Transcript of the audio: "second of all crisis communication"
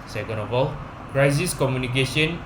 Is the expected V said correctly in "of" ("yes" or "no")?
no